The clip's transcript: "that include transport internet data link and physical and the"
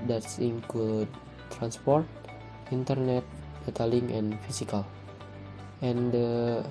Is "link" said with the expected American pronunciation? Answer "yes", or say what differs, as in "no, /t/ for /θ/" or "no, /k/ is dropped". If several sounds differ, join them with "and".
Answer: no, /k/ is dropped